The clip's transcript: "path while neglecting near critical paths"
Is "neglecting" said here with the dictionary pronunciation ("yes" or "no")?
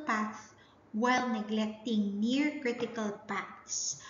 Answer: yes